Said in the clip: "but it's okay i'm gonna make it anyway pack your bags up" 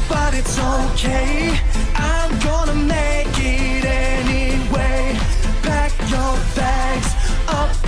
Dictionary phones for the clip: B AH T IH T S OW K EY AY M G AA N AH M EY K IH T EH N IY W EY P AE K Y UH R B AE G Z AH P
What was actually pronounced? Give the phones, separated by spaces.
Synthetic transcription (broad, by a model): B AH T IH T S OW K EY AY M G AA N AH M EY K IH T EH N IY W EY B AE K Y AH R B AE G Z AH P